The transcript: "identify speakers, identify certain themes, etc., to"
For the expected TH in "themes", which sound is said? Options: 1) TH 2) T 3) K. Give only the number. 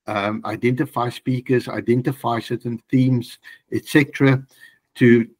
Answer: 1